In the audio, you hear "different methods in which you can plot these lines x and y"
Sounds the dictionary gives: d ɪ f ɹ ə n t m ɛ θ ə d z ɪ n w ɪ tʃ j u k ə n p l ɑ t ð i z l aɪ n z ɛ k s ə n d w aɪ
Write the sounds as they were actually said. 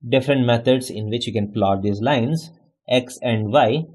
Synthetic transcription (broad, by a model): d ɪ f ɹ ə n t m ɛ t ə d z ɪ n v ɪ tʃ j u k ə n p l ɑ t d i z l aɪ n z ɛ k s ə n d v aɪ